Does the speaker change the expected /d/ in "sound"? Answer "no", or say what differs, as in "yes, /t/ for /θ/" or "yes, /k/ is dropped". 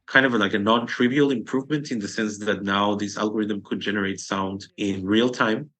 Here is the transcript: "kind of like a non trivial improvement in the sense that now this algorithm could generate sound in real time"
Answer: no